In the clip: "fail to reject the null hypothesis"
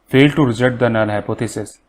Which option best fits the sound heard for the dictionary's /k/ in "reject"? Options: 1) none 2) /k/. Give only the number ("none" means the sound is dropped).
1